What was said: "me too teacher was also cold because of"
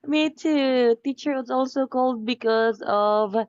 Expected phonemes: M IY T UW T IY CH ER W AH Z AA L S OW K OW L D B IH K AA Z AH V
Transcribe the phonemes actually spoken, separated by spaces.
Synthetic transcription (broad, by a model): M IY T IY T IY CH ER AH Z AA L S OW K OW L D B IH K AA Z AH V